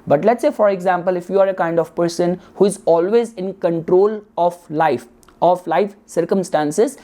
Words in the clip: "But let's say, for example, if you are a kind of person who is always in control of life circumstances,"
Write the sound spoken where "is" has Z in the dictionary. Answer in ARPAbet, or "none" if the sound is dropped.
Z